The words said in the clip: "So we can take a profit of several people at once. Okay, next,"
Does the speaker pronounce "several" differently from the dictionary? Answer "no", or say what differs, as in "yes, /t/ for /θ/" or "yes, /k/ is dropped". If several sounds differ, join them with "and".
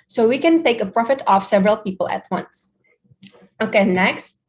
no